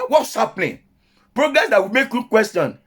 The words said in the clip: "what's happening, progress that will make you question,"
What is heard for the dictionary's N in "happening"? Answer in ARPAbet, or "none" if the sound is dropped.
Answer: L